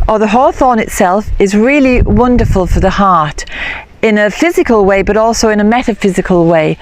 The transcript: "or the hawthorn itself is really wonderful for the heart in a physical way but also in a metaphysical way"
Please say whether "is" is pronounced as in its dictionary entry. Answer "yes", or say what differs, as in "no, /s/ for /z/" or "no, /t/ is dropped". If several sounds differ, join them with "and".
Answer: yes